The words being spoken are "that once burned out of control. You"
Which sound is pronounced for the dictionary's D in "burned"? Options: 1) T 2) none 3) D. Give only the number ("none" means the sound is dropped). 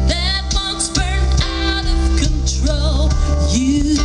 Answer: 2